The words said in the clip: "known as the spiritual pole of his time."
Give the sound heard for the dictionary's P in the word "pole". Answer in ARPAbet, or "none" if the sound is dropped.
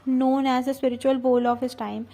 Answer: B